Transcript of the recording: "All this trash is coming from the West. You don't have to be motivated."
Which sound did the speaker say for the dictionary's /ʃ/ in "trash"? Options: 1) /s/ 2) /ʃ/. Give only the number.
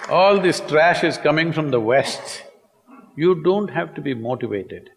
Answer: 2